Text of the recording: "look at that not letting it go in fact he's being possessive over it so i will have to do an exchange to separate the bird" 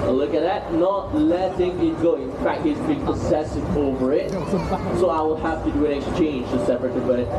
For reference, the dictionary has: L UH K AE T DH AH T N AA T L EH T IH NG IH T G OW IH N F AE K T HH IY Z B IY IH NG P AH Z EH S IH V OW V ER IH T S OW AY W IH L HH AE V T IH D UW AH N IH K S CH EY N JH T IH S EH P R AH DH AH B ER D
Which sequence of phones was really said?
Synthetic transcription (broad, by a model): L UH K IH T DH AH T N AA T L EH T IH NG IH T G OW IH N F AE K T HH IY Z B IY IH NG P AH S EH S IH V OW V ER IH T S OW AY W IH L HH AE F T IH D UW AH N IH K S CH EY N JH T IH S EH P R AH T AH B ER